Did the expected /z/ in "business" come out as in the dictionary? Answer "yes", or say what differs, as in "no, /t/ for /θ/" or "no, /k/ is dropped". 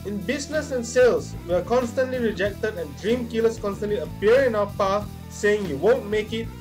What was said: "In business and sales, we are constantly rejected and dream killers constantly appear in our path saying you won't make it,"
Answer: no, /s/ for /z/